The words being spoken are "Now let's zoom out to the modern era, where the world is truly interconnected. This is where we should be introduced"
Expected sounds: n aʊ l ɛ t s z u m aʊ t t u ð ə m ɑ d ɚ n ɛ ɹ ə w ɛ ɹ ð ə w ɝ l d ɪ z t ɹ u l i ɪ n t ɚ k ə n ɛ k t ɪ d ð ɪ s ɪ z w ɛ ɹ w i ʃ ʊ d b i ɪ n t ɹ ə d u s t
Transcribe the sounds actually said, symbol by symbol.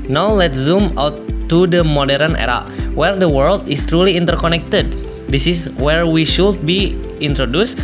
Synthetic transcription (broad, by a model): n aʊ l ɛ t s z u m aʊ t t u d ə m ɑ d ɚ n ɛ ɹ ə w ɛ ɹ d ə w ɝ l d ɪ s t ɹ u l i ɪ n t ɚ k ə n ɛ k t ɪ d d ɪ s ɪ s w ɛ ɹ w i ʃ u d b i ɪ n t ɹ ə d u s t